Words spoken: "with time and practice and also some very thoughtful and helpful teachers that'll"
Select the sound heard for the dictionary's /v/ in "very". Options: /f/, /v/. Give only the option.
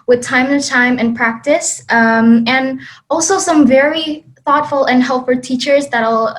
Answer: /v/